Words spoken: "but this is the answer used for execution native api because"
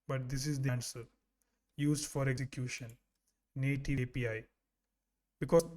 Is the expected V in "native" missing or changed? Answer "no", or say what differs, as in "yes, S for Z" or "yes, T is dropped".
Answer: yes, P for V